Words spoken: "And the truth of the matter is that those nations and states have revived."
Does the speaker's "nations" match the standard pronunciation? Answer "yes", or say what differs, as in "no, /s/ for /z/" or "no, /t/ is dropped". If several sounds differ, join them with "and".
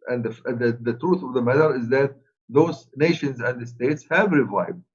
yes